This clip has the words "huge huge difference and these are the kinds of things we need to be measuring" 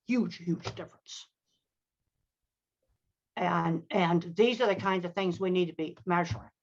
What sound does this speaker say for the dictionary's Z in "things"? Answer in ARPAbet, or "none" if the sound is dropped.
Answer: Z